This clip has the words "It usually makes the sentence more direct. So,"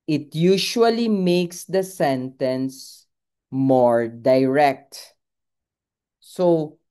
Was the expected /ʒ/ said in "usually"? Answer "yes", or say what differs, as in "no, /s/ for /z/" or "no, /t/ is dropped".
no, /ʃ/ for /ʒ/